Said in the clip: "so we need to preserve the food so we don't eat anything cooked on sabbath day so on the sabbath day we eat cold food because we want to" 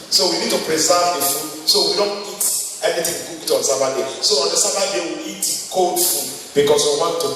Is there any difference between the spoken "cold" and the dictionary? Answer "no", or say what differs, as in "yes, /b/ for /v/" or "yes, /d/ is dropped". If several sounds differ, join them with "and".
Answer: yes, /l/ is dropped